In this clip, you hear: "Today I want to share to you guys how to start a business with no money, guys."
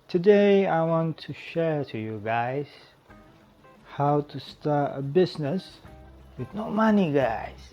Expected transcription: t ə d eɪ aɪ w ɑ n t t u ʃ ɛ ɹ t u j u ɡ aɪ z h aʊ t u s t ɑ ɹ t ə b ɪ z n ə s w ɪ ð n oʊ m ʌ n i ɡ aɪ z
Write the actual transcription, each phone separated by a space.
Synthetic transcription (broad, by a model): t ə d eɪ aɪ w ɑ n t t u ʃ ɛ ɹ t u j u ɡ aɪ z h aʊ t u s t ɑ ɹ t ə b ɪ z n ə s w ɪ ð n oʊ m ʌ n i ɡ aɪ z